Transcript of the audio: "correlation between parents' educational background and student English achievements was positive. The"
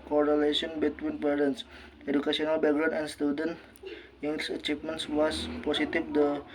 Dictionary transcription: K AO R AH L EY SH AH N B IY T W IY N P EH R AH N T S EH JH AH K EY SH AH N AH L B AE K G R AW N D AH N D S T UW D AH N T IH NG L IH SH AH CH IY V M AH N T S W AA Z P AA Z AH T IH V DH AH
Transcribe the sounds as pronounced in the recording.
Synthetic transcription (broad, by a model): K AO R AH L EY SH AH N B IY T W IY N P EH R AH N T S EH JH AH K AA S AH N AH L B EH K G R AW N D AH N S T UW D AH N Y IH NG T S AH CH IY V M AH N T S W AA S P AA S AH T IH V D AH